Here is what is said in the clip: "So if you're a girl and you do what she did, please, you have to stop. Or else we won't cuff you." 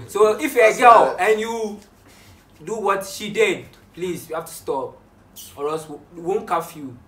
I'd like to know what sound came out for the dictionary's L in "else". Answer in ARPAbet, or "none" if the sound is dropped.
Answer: none